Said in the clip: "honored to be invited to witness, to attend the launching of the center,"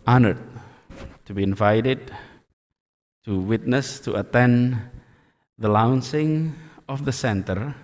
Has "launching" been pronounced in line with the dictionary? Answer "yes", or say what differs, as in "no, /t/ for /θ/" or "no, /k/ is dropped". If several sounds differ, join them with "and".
no, /s/ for /tʃ/